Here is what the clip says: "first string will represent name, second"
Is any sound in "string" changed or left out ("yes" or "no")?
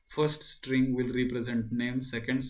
no